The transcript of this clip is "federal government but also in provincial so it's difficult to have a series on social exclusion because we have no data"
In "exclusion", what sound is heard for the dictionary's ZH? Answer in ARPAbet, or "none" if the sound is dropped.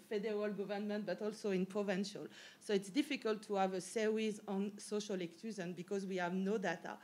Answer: Z